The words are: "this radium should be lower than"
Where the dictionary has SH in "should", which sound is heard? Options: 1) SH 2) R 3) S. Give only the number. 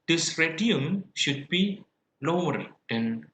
1